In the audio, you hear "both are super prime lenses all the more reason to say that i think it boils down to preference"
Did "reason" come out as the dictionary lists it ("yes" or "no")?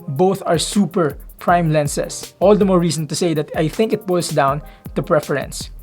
no